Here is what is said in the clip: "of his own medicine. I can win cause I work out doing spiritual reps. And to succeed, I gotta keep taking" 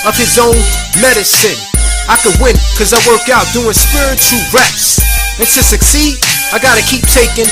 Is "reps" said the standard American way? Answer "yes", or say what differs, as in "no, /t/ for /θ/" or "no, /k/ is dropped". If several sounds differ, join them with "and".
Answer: no, /p/ is dropped